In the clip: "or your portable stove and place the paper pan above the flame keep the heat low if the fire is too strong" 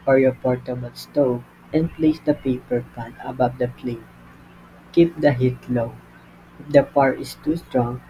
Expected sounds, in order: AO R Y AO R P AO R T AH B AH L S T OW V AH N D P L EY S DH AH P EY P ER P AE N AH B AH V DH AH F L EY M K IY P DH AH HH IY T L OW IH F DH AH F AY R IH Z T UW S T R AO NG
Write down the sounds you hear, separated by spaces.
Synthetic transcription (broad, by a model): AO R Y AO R P AO R T AH B AH L S T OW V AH N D P L EY S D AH P EY P ER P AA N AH B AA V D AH P L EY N K IY P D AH HH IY T L OW IH F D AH P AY R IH S T UW S T R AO NG